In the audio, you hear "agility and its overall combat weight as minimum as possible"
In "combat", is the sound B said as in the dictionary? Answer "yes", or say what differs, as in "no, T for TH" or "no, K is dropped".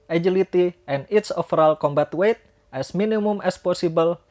yes